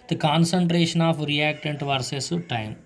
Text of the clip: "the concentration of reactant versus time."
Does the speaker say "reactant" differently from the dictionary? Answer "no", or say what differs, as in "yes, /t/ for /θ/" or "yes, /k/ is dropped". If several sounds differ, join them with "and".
no